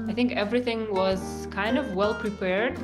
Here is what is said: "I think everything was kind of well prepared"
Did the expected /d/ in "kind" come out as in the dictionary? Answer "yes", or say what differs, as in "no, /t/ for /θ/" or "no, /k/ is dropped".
yes